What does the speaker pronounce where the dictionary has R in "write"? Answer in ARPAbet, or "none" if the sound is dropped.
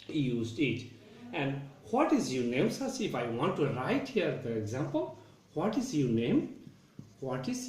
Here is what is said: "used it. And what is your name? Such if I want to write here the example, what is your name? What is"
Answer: R